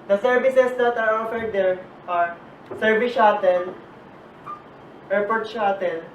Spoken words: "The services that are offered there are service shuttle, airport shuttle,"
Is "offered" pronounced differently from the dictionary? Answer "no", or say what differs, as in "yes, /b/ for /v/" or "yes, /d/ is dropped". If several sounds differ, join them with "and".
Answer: no